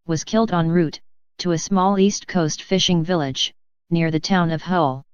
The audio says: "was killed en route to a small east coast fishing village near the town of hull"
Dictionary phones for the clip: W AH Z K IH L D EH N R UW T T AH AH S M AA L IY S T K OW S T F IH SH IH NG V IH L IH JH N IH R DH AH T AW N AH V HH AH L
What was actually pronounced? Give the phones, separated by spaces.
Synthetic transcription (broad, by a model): W AH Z K IH L D N R UW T T AH AH S M AA L IY S T K OW S T F IH SH IH NG V IH L IH JH N IH R DH AH T AW N AH V HH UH L